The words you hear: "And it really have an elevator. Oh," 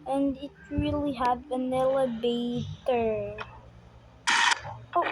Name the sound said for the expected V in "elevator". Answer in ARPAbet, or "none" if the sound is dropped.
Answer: B